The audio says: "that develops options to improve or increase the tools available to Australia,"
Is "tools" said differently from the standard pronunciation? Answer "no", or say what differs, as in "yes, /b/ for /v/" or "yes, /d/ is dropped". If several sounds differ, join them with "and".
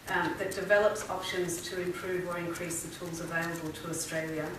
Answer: no